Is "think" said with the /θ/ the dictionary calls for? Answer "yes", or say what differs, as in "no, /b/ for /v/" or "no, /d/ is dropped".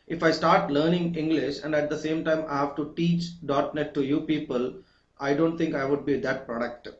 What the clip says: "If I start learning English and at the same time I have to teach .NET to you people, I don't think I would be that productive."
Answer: no, /t/ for /θ/